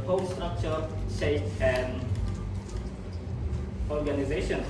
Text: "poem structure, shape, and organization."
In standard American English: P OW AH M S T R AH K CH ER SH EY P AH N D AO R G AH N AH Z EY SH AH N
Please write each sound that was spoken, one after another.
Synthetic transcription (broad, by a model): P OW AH S T R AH K CH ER S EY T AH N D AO R G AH N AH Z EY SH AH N